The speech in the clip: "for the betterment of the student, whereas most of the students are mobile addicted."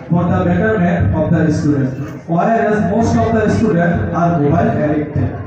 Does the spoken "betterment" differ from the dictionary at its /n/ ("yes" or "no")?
yes